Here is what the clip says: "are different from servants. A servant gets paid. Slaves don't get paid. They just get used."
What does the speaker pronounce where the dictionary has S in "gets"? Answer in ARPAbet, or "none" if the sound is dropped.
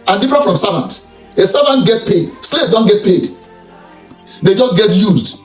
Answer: none